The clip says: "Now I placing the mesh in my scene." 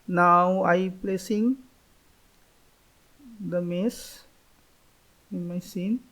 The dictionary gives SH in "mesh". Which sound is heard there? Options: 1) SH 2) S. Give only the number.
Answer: 2